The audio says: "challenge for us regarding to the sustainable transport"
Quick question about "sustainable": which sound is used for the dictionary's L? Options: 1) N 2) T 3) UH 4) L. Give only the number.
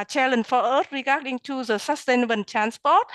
1